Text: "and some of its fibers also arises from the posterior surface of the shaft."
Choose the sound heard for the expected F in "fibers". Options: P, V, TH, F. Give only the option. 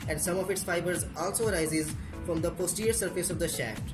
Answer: F